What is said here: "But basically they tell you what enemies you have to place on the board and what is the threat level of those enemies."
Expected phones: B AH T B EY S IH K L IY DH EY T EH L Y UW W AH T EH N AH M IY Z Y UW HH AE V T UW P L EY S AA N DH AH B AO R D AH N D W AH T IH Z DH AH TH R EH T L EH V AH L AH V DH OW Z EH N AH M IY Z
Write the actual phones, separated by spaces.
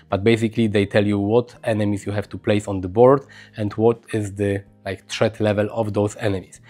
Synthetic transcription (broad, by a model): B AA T B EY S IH K L IY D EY T EH L Y UW W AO T EH N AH M IY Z Y UW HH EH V T UW P L EY S AA N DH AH B AO R D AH N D W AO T IH Z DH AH T R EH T L EH V AH L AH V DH OW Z EH N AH M IY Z